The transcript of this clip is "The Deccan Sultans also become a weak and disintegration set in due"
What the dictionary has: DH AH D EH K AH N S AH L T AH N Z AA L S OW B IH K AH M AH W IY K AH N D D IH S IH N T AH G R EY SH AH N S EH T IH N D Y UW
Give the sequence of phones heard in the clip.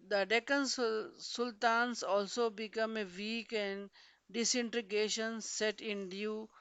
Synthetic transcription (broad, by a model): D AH D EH K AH N S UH L T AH N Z AA L S OW B IH K AH M AH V IY K AH N D D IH S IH N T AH G EY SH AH N S EH T IH N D Y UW